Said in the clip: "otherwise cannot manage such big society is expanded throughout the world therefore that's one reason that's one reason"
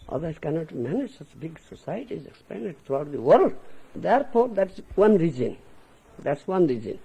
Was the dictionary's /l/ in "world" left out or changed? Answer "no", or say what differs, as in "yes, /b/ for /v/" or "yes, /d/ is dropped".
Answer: no